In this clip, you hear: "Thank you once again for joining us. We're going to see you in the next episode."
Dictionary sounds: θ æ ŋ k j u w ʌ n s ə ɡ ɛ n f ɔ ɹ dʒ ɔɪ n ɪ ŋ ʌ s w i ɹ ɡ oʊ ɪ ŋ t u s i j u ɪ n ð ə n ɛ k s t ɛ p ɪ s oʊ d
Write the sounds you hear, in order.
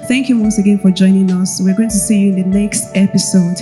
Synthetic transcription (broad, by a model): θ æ ŋ k j u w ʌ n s ə ɡ ɛ n f ɔ ɹ dʒ ɔɪ n ɪ ŋ ʌ s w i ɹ ɡ oʊ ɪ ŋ t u s i j u ɪ n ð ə n ɛ k s t ɛ p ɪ s oʊ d